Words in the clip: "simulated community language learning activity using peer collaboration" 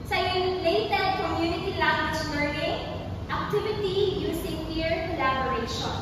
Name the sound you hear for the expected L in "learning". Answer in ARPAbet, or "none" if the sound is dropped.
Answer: N